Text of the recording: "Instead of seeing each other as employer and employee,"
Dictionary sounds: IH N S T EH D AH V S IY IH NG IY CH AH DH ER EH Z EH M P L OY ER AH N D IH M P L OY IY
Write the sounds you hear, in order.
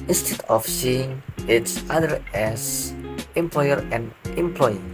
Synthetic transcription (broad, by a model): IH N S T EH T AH F S IY IH NG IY S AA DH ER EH S EH M P L OY ER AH N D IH M P L OY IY